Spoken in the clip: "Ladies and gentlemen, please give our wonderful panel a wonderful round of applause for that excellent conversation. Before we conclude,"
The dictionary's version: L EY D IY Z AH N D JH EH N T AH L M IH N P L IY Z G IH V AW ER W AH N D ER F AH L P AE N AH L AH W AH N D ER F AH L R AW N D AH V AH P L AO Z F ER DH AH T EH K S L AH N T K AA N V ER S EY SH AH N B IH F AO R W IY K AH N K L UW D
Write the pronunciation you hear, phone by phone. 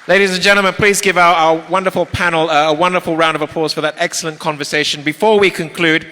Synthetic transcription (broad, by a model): L EY D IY Z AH N JH EH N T L M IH N P L IY Z G IH V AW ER W AH N D ER F AH L P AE N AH AH W AH N D ER F AH L R AW N D AH V AH P L AO Z F ER DH AH T EH K S L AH N K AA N V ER S EY SH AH N B IH F AO R W IY K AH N K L UW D